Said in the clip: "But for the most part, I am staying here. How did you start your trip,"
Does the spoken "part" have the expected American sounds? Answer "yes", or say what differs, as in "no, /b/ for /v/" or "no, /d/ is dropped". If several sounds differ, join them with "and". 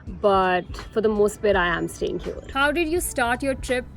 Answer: no, /b/ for /p/